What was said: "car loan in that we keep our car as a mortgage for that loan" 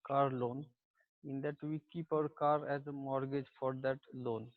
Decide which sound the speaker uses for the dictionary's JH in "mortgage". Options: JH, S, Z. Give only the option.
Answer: JH